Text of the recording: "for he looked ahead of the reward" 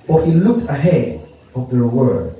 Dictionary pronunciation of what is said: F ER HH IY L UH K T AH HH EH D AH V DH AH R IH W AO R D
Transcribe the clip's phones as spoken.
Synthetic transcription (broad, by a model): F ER HH IY L UH K T AH HH EH D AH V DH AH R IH W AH R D